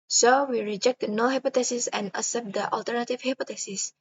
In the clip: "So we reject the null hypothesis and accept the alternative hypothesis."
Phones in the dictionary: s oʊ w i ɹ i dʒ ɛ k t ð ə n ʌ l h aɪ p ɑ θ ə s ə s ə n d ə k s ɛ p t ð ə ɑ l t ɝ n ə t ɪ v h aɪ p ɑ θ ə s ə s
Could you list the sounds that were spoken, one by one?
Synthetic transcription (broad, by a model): s oʊ w i ɹ i dʒ ɛ k t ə n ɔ h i p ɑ t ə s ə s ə n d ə s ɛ p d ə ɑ l t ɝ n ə t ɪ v h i p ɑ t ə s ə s